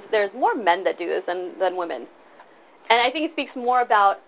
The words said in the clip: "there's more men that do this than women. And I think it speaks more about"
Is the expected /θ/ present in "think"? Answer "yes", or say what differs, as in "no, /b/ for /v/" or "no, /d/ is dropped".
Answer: yes